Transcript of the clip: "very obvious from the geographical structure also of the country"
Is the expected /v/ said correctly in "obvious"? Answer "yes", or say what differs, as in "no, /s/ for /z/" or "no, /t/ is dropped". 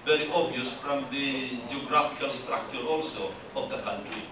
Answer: no, /v/ is dropped